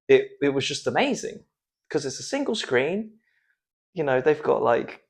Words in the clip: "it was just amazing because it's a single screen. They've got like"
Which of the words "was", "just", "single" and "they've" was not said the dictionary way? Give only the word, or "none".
none